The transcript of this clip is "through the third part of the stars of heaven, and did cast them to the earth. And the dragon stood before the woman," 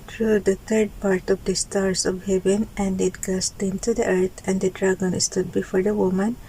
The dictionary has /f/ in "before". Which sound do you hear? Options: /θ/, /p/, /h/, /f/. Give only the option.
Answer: /f/